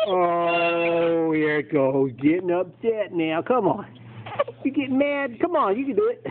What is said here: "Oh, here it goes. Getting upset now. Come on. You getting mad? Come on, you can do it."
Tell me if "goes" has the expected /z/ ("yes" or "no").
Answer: no